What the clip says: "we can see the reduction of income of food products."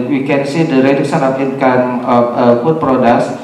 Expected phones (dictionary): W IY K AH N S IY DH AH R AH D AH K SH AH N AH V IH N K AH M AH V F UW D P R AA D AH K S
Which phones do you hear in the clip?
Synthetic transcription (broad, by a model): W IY K AH N S IY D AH R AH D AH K S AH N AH P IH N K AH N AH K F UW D P R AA D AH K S